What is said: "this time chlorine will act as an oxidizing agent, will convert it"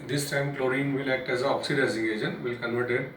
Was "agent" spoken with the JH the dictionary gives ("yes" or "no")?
no